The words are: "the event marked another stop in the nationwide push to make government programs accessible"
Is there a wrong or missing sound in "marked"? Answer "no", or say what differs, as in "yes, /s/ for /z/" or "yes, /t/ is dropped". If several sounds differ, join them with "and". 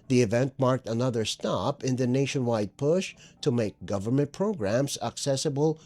no